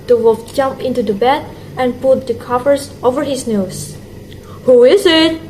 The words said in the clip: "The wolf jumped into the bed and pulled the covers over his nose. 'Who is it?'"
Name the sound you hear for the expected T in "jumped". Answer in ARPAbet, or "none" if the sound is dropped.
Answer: none